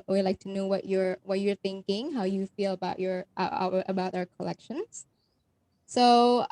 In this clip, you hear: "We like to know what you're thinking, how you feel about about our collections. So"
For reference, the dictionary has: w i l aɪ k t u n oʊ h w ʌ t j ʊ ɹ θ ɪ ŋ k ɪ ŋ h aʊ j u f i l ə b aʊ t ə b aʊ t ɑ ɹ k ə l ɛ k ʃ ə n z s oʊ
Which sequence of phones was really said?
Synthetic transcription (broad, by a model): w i l aɪ k t u n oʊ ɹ w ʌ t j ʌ ɹ θ ɪ ŋ k ɪ ŋ h aʊ j u f i l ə b aʊ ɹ ə b aʊ t ɑ ɹ k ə l ɛ k ʃ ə n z s oʊ